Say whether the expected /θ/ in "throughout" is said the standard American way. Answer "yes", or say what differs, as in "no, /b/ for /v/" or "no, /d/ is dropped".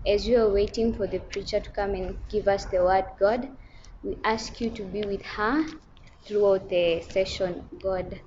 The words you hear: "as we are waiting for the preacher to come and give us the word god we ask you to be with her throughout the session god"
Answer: yes